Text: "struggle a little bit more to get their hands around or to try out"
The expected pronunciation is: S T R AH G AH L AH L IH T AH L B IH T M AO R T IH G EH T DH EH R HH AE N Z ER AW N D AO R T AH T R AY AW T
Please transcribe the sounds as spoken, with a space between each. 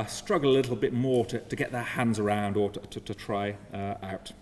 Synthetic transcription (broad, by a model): S T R AH G L AH L IH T L B IH T M AO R T IH G EH T DH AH R HH AE N Z ER AW N D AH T T AH T R AY AW T